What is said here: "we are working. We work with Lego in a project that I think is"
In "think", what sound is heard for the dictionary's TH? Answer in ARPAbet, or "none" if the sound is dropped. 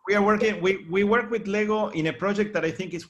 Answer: TH